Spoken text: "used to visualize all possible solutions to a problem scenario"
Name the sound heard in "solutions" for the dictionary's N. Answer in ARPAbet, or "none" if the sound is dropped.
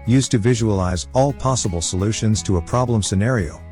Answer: N